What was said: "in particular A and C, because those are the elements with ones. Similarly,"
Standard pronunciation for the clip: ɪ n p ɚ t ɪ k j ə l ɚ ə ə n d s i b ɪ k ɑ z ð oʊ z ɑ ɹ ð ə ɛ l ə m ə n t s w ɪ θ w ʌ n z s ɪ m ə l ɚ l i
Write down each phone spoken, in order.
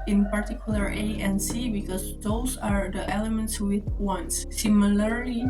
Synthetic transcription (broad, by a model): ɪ n p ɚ t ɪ k j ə l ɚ ə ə n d s i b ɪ k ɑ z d oʊ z ɑ ɹ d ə ɛ l ə m ə n t s w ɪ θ w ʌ n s s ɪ m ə l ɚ l i